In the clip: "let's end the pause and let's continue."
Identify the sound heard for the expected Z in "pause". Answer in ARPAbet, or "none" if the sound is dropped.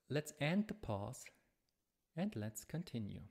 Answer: S